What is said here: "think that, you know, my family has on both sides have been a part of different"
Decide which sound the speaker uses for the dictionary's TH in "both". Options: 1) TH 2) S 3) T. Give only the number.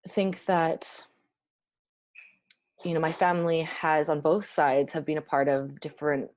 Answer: 1